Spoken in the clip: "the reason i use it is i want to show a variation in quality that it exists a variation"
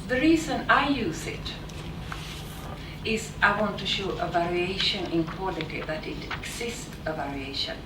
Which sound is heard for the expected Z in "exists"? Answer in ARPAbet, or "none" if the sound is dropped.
S